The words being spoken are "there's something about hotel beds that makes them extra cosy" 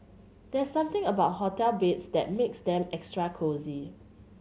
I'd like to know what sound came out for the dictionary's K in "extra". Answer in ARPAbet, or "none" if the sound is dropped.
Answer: K